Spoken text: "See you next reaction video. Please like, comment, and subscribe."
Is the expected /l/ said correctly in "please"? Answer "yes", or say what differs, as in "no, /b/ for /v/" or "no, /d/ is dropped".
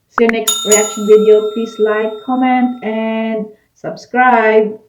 no, /l/ is dropped